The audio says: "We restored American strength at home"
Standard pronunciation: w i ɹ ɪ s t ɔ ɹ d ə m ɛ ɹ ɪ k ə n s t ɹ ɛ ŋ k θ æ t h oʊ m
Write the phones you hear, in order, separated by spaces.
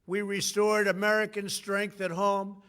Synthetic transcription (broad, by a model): w i ɹ ɪ s t ɔ ɹ d ə m ɛ ɹ ɪ k ə n s t ɹ ɛ ŋ k θ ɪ t h oʊ m